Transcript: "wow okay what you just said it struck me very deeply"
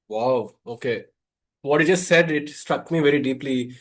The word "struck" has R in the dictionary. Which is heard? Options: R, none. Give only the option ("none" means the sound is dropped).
R